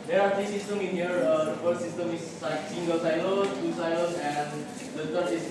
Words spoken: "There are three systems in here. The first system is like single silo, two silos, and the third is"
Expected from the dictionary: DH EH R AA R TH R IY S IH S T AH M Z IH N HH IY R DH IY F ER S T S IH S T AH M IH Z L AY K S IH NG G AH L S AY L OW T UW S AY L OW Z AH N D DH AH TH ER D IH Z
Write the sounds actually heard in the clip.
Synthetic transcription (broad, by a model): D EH R AA R T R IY S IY S T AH M IH N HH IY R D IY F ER T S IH S T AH M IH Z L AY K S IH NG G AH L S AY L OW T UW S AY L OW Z AH N D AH T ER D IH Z